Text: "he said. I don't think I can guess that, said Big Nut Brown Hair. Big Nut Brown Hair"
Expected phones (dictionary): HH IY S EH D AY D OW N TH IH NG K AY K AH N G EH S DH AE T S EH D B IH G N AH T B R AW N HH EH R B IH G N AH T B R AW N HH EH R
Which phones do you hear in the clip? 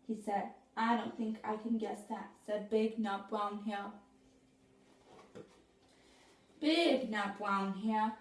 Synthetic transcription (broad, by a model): HH IY S EH D AY D OW N TH IH NG K AY K AH N G EH S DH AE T S EH D B IH G N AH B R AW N HH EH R B IH G N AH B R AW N HH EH